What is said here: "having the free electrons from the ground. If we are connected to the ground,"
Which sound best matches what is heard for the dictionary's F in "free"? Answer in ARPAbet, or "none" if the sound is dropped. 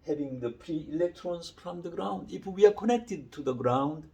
P